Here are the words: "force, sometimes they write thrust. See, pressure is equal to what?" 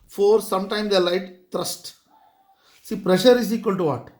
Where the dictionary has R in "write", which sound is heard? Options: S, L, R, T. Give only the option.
L